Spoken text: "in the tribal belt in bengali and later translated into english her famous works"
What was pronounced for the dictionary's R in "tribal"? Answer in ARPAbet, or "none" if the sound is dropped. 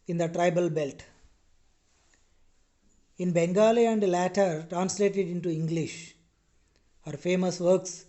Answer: R